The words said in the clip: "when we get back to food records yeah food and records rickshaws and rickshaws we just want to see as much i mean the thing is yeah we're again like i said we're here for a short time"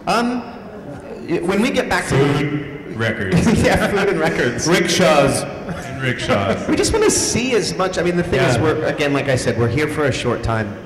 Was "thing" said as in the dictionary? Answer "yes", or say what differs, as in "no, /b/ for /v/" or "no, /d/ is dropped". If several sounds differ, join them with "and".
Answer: yes